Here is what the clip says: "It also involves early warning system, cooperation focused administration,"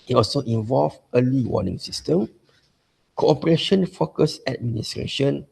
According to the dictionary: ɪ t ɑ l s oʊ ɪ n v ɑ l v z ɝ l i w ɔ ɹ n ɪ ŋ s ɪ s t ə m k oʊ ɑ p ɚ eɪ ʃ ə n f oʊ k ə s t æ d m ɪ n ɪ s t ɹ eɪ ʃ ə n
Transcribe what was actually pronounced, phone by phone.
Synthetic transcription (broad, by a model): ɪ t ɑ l s oʊ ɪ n v ɑ l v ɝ l i w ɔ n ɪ ŋ s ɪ s t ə m k oʊ ɑ p ɚ eɪ ʃ ə n f oʊ k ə s æ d m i n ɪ s t ɹ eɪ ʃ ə n